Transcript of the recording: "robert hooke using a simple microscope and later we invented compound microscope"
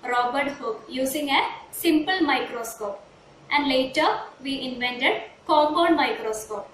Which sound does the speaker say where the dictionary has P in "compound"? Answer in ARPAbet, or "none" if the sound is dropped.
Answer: B